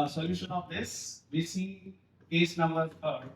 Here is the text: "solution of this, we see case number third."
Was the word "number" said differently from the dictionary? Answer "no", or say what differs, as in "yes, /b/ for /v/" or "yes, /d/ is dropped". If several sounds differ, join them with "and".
no